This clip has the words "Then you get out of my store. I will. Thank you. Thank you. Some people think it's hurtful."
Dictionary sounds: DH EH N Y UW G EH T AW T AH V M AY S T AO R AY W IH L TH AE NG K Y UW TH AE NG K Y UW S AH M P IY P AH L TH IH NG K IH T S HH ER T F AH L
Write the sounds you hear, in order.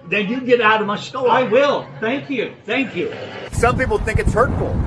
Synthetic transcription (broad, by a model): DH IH N Y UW G EH T AW T AH V M AY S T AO AY W IH L TH AE NG K Y UW TH AE NG K Y UW S AH M P IY P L TH IH NG K IH T S HH ER T F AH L